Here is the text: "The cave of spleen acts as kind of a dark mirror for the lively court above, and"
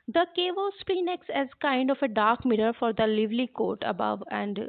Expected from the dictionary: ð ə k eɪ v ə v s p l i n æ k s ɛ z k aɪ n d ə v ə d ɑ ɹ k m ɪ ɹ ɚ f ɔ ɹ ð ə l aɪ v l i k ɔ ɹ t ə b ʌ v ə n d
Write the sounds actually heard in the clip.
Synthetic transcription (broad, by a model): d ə k eɪ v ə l s p i n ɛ k s ɛ z k aɪ n d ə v ə d ɑ ɹ k m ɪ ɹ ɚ f ɔ ɹ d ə l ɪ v l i k ɔ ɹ t ə b ʌ v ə n d